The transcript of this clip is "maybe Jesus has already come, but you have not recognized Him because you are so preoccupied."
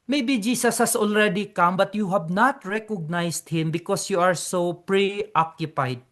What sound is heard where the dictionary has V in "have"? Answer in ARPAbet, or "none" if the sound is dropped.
B